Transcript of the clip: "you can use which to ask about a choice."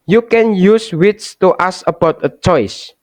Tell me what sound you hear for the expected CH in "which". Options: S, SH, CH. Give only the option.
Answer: S